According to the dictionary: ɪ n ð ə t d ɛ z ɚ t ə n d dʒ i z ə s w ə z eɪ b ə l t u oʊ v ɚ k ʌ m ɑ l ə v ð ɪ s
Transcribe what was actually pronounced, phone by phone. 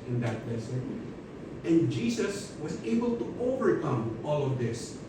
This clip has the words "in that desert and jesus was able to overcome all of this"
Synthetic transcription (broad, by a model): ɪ n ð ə t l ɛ s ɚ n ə n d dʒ i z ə s w ə z eɪ b ə l t u oʊ v ɚ k ʌ m ɑ l ə v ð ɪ s